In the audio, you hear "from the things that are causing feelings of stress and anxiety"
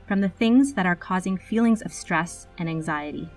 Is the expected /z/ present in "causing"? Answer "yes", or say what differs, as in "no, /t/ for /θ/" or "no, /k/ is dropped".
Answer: yes